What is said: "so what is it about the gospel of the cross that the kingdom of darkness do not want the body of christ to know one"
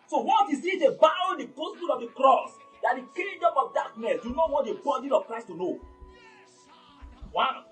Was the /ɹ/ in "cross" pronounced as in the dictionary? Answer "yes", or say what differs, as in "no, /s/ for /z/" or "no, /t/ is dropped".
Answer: yes